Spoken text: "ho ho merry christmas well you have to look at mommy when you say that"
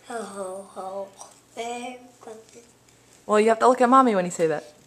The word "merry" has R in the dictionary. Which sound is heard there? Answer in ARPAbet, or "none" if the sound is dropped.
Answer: none